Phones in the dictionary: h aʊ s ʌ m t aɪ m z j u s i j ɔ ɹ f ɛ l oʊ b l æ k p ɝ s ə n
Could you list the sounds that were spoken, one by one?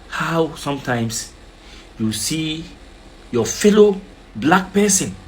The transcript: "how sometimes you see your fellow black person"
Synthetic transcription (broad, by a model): h aʊ s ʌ m t aɪ m s j u s i j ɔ f ɛ l oʊ b l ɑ k p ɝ s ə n